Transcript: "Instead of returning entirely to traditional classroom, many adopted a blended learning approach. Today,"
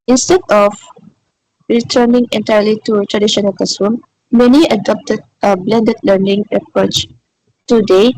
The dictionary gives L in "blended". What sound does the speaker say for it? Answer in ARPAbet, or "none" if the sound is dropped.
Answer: L